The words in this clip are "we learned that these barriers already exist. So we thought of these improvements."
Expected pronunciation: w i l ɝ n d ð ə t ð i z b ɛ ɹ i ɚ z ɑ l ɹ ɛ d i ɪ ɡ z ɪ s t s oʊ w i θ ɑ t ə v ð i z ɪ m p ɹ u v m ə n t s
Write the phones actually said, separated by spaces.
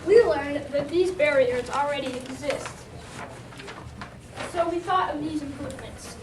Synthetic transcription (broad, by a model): w i l ɝ n ð ə t ð i z b ɛ ɹ i ɚ z l ɹ ɛ d i ɪ ɡ z ɪ s t s oʊ w i θ ɑ t ə v ð i z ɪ m p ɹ u v m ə n t s